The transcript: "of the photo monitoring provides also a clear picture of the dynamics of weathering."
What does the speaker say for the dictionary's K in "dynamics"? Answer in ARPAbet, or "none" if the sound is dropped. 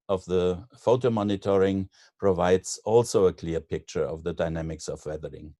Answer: K